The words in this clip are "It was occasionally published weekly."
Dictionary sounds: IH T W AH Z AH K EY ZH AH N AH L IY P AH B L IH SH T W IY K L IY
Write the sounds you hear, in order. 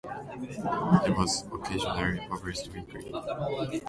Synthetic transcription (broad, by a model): IH T W AH Z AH K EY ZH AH N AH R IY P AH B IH S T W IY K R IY